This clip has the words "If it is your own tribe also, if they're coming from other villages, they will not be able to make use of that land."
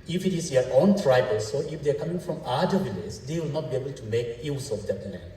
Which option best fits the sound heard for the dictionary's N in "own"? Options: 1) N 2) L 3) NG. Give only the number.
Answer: 1